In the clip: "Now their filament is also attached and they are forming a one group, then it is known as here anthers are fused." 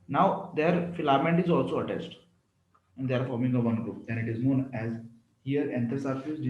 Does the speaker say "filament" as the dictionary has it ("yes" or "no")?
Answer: yes